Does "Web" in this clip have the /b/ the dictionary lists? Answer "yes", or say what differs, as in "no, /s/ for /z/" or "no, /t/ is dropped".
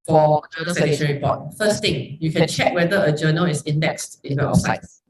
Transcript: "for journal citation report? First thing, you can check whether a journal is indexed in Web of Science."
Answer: no, /b/ is dropped